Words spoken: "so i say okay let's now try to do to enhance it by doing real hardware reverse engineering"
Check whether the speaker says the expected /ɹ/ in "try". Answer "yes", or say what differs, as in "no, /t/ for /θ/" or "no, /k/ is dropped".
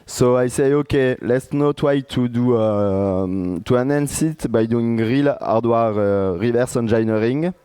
no, /w/ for /ɹ/